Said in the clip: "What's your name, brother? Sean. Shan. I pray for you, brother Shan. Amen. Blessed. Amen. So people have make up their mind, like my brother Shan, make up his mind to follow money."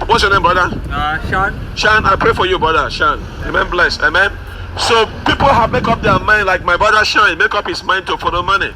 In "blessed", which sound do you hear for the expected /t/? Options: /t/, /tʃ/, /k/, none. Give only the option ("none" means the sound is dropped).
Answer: none